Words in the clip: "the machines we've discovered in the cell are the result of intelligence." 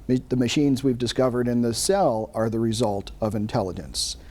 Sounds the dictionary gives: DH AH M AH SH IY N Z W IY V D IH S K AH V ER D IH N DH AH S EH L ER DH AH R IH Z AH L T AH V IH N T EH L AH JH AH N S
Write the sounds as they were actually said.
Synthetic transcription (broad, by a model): DH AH M AH SH IY N Z W IY V D IH S K AH V ER D IH N DH AH S EH L ER DH AH R IH Z AH L T AH V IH N T EH L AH JH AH N S